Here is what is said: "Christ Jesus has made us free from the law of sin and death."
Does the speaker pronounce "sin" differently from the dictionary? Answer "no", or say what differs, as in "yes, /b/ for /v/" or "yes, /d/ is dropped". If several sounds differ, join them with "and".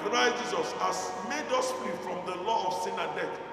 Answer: no